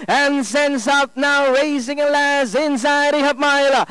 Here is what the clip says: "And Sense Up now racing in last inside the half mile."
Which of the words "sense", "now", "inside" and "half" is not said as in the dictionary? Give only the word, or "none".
half